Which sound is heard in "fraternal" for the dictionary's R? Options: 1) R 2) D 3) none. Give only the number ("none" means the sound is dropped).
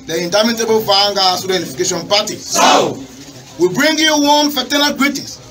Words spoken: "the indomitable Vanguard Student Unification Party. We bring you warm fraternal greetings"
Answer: 3